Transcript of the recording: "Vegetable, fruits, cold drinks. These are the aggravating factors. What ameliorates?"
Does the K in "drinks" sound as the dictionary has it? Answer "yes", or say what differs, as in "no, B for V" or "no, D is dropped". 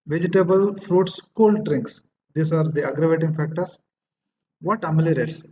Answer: yes